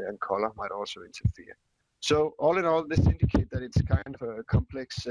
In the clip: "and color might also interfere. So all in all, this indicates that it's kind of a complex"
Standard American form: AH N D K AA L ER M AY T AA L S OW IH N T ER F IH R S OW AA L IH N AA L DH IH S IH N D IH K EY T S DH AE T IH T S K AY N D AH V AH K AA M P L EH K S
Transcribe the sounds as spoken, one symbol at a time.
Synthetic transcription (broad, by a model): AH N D K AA L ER M AY T AA L S OW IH N T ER F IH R S OW AA L IH N AA L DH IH S IH N D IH K EY T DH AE T IH T S K AY N D AH V AH K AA M P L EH K S